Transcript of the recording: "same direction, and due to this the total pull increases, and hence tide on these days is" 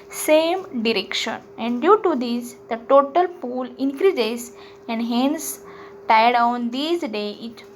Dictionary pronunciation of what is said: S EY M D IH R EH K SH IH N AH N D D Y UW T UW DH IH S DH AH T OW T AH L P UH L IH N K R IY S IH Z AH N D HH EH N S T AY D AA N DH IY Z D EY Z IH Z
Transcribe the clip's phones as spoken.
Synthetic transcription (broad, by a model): S EY M D IH R EH K SH IH N AH N D D Y UW T UW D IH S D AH T OW T AH L P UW L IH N K R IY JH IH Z AH N D HH EH N S T AY D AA N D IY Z D EY IH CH